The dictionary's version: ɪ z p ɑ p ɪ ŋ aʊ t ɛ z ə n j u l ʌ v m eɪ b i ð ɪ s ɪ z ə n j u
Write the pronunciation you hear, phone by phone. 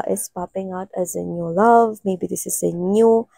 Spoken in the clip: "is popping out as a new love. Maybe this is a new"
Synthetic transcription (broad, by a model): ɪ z p ɑ p ɪ ŋ aʊ t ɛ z ə n j u l ʌ v m eɪ b i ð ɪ s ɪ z ə n j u